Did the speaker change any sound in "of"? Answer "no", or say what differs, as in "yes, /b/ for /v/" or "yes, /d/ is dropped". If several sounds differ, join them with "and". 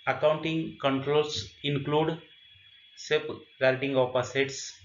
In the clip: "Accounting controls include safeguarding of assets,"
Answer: yes, /p/ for /v/